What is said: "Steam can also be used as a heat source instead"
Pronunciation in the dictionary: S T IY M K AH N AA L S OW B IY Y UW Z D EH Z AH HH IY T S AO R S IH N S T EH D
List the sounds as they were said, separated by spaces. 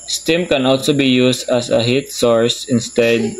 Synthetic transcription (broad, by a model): S T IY M K AH N AA L S OW B IY Y UW S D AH S AH HH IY T S AO R S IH N S T EH D